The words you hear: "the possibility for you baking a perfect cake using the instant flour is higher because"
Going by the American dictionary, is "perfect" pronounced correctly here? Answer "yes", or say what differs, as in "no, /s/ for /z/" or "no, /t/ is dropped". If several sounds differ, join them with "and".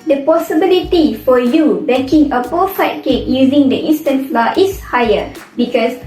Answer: no, /k/ is dropped